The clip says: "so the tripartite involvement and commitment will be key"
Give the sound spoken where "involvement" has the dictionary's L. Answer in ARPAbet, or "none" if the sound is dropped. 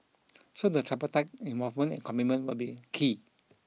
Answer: none